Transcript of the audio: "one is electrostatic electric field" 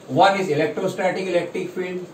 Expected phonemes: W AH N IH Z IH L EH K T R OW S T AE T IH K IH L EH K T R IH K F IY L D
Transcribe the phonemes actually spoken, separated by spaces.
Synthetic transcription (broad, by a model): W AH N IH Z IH L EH K T R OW S T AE T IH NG IH L EH K T R IH K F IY L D